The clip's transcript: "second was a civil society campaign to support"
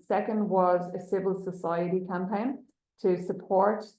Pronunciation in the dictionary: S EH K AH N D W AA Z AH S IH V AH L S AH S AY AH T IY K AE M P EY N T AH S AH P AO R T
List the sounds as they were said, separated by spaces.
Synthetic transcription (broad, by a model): S EH K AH N D W AA Z AH S IH V AH L S AH S AY AH T IY K AE M P EY N T AH S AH P AO R T